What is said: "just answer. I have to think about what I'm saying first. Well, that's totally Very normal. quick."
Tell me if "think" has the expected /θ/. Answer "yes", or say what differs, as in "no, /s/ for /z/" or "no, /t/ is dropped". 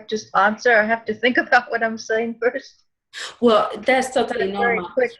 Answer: yes